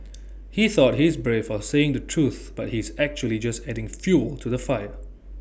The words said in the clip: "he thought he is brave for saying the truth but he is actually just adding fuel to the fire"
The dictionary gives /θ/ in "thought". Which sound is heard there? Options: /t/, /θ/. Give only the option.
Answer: /θ/